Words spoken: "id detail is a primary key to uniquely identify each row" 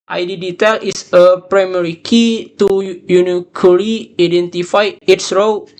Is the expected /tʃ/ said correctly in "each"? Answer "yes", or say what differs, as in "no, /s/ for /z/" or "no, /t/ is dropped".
no, /s/ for /tʃ/